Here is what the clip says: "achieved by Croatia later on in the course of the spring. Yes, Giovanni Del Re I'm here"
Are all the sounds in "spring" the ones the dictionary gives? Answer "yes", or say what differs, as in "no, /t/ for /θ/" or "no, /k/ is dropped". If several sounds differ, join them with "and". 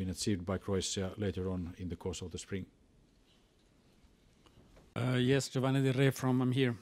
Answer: yes